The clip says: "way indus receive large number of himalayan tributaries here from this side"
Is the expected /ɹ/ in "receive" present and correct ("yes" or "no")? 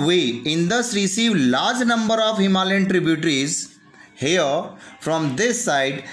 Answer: yes